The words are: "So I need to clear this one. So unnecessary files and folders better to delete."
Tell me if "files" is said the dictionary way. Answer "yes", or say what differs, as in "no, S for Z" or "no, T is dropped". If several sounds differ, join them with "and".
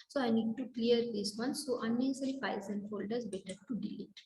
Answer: no, L is dropped